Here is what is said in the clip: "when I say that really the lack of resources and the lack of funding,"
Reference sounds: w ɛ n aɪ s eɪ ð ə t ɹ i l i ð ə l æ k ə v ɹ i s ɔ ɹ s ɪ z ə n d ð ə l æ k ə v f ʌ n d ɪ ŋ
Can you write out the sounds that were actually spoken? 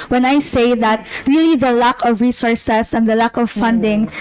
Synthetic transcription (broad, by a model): w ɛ n aɪ s eɪ ð ə t ɹ i l i ð ə l æ k ə v ɹ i s ɔ ɹ s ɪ s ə n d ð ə l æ k ə v f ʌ n d ɪ ŋ